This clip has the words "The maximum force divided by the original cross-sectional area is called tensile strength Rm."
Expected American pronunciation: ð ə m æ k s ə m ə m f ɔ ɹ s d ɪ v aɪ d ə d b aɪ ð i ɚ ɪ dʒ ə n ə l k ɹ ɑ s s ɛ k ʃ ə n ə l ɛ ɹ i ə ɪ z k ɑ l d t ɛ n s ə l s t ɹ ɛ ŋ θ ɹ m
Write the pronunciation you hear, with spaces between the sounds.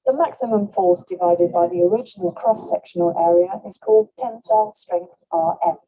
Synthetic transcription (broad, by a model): ð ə m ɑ k s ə m ə m f ɔ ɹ s d ɪ v aɪ d ə d b aɪ ð i ɚ ɪ dʒ ə n ə l k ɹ ɑ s s ɛ k ʃ ə n ə l ɛ ɹ i ə ɪ z k ɑ l d t ɛ n s ə l s t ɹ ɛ ŋ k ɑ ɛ